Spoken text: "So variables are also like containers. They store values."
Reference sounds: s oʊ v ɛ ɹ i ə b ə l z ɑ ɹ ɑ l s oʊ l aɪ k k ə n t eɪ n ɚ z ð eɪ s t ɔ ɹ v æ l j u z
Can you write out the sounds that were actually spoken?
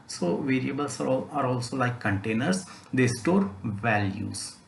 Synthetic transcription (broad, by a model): s oʊ v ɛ ɹ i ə b ə l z ɑ ɹ ɑ l s oʊ l aɪ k k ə n t eɪ n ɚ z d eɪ s t ɔ ɹ v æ l j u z